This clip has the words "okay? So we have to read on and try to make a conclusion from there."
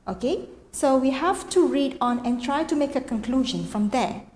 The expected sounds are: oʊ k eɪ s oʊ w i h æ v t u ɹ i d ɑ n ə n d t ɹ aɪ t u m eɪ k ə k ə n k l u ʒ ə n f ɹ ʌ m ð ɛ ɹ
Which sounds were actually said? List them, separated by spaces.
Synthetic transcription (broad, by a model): oʊ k eɪ s oʊ w i h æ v t u ɹ i d ɑ n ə n t ɹ aɪ t u m eɪ k ə k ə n k l u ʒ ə n f ɹ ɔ m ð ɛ